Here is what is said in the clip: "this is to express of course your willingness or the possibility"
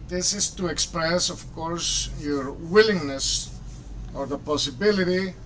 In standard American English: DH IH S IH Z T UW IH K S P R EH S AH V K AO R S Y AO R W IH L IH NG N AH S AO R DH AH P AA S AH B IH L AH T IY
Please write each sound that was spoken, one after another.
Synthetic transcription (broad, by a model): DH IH S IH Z T UW IH K S P R EH S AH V K AO R S Y AO R W IH L IH NG N AH S AO R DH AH P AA S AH B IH L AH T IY